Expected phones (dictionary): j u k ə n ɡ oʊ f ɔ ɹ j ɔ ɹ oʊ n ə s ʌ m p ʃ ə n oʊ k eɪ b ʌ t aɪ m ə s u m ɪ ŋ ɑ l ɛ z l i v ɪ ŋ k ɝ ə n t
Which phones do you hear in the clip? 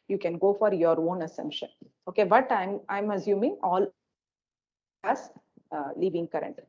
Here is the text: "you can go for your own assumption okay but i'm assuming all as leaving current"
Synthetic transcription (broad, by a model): j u k ə n ɡ oʊ f ɔ ɹ j ɔ ɹ oʊ n ə s ʌ m p ʃ ə n oʊ k eɪ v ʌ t aɪ m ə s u m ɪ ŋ ɑ l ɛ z l i v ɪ ŋ k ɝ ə n t